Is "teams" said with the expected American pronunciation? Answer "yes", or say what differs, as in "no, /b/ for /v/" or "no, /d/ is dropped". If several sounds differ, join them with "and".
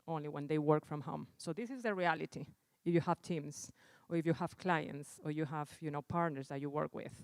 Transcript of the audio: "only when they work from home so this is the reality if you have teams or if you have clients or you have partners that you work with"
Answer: no, /s/ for /z/